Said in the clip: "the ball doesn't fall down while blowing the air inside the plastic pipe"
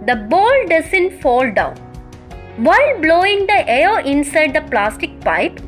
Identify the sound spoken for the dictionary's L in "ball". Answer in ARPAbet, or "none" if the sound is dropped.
L